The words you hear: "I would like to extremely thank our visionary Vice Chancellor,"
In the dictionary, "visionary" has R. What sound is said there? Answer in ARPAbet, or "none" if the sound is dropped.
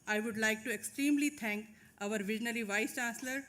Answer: L